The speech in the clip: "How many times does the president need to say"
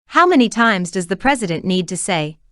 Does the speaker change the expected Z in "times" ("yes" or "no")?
no